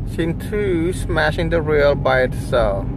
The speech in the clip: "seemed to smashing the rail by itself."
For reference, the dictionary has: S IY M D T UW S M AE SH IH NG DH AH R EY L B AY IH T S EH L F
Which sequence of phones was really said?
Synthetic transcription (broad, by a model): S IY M T UW S M AE SH IH NG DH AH R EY L B AY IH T S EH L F